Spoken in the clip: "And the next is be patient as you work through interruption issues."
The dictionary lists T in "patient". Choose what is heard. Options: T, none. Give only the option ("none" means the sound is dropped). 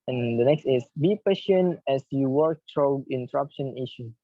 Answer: none